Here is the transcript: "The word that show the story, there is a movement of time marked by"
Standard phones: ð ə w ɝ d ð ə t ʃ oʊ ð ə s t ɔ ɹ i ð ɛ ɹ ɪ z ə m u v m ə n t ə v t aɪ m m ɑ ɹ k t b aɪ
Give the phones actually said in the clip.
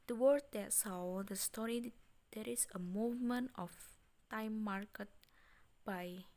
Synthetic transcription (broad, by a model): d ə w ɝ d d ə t s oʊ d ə s t ɔ ɹ i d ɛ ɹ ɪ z ə m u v m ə n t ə f t aɪ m m ɑ ɹ k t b aɪ